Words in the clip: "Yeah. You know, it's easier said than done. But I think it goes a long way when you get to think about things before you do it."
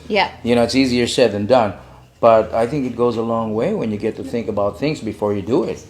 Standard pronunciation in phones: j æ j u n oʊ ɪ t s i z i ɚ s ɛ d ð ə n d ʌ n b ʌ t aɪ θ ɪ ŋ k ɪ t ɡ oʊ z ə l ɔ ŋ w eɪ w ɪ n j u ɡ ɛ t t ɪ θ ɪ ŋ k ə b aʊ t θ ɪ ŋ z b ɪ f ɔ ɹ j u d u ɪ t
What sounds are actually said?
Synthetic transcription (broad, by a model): j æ j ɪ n oʊ ɪ t s i z i ɚ s ɛ d ð ə n d ʌ n b ʌ t aɪ θ ɪ ŋ k ɪ t ɡ oʊ z ə l ɔ ŋ w eɪ w ɪ n j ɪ ɡ ɛ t t ɪ θ ɪ ŋ k ə b aʊ t θ ɪ ŋ z b ɪ f ɔ ɹ j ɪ d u ɪ t